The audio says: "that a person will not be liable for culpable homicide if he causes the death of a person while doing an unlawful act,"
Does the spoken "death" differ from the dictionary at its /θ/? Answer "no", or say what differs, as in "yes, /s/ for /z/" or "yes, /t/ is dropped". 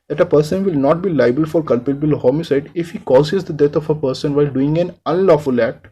yes, /t/ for /θ/